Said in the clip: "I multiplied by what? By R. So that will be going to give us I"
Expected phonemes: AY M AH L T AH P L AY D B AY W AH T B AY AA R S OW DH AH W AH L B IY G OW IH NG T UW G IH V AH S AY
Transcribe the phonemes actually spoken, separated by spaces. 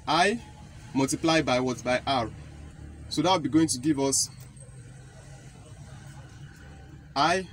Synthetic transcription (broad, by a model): AY M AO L T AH P L AY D B AY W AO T B AY AA R S OW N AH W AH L B IY G OW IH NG T UW G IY V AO S AY